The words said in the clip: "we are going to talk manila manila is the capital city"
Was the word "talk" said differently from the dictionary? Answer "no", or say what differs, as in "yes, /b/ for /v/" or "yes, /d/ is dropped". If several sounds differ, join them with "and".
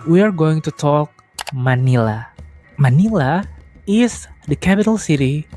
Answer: no